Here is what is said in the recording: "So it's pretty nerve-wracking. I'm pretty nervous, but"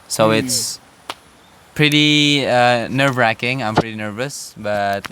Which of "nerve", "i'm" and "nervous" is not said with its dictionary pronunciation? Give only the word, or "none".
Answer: none